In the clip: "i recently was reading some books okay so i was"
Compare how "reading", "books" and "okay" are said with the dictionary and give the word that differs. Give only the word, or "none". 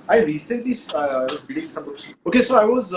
books